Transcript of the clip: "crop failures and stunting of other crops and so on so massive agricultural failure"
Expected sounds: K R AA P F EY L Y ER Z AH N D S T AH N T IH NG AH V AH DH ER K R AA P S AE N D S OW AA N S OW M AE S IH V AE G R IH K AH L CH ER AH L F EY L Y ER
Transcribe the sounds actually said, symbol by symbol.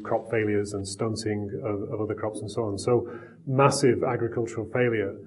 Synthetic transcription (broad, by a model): K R AA P F EY L Y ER Z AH N S T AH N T IH NG AH V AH DH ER K R AA P S N S OW AA N S OW M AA S IH V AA G R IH K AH L CH ER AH L F EY L Y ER